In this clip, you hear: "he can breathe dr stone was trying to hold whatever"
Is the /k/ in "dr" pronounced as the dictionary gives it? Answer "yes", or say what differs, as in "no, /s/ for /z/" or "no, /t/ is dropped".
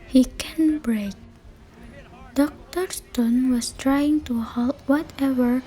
yes